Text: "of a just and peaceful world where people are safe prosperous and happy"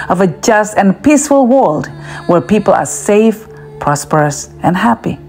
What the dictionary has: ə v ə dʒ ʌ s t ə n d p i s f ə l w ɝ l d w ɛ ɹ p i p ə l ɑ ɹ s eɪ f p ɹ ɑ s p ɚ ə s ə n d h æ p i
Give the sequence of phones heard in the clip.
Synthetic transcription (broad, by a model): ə v ə dʒ ʌ s t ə n p i s f ə l w ɝ l d w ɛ ɹ p i p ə l ɑ ɹ s eɪ f p ɹ ɑ s p ɚ ə s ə n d h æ p i